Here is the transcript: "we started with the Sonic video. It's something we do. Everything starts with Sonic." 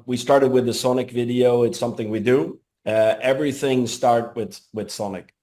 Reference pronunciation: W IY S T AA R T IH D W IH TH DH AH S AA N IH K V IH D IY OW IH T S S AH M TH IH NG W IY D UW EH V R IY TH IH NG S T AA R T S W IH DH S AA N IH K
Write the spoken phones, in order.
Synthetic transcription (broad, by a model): W IY S T AA R T IH D W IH DH AH S AA N IH K V IH D IY OW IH T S S AH M TH IH NG W IY D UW EH V R IY TH IH NG S T AA R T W W IH DH S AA N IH K